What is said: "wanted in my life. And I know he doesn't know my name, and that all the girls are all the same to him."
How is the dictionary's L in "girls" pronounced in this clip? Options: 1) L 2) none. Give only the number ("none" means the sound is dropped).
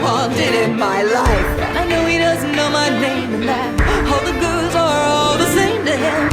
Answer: 2